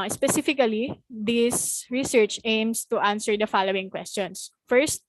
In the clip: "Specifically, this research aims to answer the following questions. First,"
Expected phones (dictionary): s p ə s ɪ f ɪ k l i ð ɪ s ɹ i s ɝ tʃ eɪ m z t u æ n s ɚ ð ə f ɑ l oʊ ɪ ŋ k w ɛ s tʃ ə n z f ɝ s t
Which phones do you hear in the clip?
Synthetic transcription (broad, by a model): s p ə s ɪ f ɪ k l i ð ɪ s ɹ i s ɝ tʃ eɪ m s t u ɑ n s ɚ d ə f ɑ l oʊ ɪ ŋ k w ɛ s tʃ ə n s f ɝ s t